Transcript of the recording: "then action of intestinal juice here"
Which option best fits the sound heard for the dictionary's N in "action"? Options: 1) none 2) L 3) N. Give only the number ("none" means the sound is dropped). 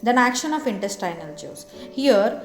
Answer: 3